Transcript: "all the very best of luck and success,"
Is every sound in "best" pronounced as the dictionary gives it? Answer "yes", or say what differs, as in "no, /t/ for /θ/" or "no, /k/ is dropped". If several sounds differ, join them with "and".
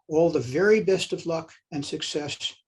yes